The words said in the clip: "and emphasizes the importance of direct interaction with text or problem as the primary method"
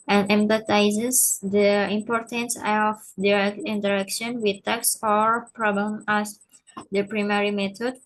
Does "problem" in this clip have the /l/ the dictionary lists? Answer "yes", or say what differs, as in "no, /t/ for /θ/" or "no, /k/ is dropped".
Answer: no, /l/ is dropped